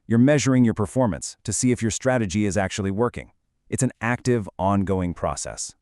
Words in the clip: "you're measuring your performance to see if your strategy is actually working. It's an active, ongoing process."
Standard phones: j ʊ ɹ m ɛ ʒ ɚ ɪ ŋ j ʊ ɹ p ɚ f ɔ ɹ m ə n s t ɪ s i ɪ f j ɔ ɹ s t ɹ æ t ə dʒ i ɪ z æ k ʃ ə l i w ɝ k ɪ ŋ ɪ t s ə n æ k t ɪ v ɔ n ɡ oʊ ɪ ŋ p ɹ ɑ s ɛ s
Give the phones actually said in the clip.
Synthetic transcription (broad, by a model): j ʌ ɹ m ɛ ʒ ɚ ɪ ŋ j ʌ ɹ p ɚ f ɔ ɹ m ə n s t ɪ s i ɪ f j ɔ ɹ s t ɹ æ t ə dʒ i ɪ z æ k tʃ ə l i w ɝ k ɪ ŋ ɪ t s ə n æ k t ɪ v ɔ n ɡ oʊ ɪ ŋ p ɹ ɑ s ɛ s